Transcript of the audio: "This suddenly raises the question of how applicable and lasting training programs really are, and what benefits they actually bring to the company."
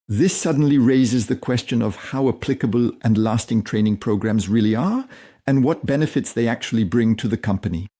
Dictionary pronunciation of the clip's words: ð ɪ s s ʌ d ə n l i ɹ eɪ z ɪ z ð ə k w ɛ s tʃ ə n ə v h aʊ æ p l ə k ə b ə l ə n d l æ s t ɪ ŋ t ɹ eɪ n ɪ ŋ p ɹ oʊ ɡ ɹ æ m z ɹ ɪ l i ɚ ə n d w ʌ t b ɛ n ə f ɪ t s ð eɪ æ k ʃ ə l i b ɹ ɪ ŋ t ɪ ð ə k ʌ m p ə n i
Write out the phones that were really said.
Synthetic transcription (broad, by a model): ð ɪ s s ʌ d n l i ɹ eɪ z ɪ z ð ə k w ɛ s tʃ ə n ə v h aʊ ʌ p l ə k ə b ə l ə n l æ s t ɪ ŋ t ɹ eɪ n ɪ ŋ p ɹ oʊ ɡ ɹ æ m z ɹ ɪ l i ɚ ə n w ʌ t b ɛ n ə f ɪ t s ð eɪ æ k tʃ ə l i b ɹ ɪ ŋ t ɪ ð ə k ʌ m p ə n i